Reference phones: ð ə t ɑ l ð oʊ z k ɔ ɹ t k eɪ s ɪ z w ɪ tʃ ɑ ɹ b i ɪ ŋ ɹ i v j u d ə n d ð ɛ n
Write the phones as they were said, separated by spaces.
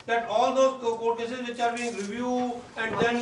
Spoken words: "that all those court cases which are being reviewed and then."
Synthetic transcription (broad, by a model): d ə t ɑ l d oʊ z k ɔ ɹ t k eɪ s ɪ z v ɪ tʃ ɑ ɹ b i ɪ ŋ ɹ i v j u ə n d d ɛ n